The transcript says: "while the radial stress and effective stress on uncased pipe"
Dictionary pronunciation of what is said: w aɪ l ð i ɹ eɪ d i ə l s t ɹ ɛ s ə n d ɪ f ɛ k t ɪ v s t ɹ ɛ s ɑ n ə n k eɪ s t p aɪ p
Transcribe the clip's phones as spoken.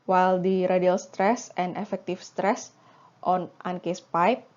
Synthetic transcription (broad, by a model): w aɪ l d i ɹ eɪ d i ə l s t ɹ ɛ s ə n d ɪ f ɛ k t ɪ f s t ɹ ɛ s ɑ n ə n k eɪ s p aɪ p